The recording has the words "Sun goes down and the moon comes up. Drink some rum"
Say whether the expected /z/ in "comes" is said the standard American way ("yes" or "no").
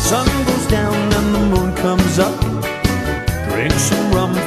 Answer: yes